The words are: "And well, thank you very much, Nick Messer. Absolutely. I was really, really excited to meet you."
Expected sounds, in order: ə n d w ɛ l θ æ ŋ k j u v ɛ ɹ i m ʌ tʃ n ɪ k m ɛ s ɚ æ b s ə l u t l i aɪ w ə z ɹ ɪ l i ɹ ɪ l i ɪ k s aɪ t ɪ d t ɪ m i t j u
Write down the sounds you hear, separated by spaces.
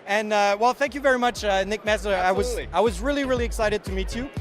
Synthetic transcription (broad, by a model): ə n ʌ w ɛ l θ æ ŋ k j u v ɛ ɹ i m ʌ tʃ n ɪ k m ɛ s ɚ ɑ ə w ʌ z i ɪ w ə z ɹ ɪ l i ɹ ɪ l i ɪ k s aɪ t ɪ d t ɪ m i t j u